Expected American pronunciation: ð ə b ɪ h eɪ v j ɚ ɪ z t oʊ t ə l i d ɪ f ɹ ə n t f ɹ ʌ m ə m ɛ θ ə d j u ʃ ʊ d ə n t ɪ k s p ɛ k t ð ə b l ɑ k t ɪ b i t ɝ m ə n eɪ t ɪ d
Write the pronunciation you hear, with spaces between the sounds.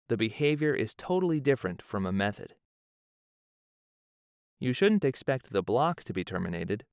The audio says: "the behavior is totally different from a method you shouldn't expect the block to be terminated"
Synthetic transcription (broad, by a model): ð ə b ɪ h eɪ v j ɚ ɪ z t oʊ t l i d ɪ f ɹ ə n t f ɹ ʌ m ə m ɛ θ ə d j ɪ ʃ ʊ d n t ɪ k s p ɛ k t ð ə b l ɑ k t ɪ b i t ɝ m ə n eɪ t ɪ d